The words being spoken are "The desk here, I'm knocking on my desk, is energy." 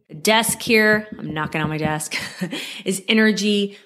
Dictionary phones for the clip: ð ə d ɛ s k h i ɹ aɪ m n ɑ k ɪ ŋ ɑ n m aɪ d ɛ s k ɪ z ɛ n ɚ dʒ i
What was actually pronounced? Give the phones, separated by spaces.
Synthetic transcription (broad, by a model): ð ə d ɛ s k h i ɹ aɪ m n ɑ k ɪ ŋ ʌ n m aɪ d ɛ s k ɪ z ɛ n ɚ dʒ i